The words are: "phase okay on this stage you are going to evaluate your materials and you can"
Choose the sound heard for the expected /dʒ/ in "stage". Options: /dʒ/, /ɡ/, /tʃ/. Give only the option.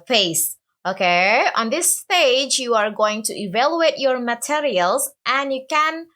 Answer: /dʒ/